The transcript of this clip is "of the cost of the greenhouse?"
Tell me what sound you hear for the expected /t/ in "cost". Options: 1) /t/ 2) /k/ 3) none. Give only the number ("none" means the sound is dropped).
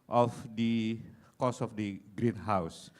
3